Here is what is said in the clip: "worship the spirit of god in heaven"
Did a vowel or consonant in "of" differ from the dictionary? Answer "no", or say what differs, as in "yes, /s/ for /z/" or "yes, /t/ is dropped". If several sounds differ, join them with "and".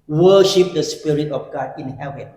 yes, /f/ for /v/